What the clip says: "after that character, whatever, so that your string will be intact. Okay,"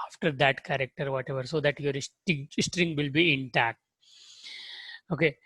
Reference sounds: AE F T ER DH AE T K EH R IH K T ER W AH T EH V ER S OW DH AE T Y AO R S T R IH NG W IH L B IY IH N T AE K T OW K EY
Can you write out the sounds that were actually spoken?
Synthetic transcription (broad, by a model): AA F T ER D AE T K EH R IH K T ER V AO T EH V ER S OW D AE T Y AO R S T R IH NG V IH L B IY IH N T AE K T OW K EY